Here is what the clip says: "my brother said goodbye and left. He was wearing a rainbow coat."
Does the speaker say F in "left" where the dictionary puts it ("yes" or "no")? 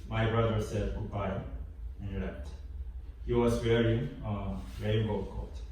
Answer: no